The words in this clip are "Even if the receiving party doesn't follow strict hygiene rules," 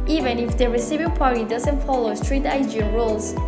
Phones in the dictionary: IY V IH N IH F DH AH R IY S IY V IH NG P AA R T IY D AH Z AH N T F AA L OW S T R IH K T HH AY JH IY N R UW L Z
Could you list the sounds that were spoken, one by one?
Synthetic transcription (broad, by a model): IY V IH N IH F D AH R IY S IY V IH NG P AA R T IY D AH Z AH N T F AA L OW S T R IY T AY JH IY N R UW L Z